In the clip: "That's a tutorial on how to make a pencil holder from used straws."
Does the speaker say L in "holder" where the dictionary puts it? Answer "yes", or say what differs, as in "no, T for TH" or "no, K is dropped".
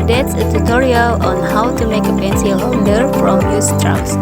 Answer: no, N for L